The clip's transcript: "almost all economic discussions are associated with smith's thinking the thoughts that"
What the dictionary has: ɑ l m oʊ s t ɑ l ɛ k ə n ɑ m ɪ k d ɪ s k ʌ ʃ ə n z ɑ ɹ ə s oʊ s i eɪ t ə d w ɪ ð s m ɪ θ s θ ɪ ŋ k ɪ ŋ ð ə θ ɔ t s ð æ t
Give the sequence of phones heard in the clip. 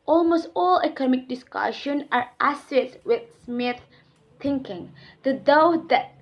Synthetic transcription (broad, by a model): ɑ l m oʊ s t ɑ l ɛ k ə n ɑ m ɪ k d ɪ s k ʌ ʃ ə n ɑ ɹ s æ s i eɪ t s w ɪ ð s m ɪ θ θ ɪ ŋ k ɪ ŋ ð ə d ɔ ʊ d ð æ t